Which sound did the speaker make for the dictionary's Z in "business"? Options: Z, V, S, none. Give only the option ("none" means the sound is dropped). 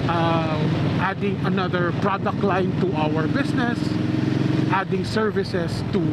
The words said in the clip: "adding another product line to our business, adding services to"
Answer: S